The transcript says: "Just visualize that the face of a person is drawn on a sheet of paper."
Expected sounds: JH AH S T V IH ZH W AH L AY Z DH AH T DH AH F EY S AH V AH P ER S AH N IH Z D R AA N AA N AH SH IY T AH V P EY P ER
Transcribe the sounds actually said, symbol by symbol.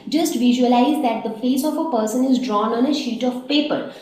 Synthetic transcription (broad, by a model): JH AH S T V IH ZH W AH L AY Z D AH T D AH F EY S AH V AH P ER S AH N IH Z D R AA N AA N AH SH IY T AH V P EY P ER